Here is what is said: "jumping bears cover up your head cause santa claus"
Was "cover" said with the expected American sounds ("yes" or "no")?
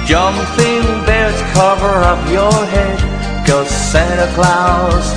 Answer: yes